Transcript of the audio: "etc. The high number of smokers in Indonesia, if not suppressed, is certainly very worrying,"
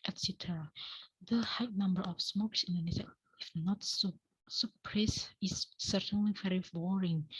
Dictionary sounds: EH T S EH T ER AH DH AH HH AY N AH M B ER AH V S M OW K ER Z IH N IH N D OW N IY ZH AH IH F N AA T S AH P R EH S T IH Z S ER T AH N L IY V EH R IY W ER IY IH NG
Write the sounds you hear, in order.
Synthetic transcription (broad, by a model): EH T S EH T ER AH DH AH HH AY N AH M B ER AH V S M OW K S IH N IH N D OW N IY S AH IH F N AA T S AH P R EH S IH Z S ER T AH N L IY V EH R IY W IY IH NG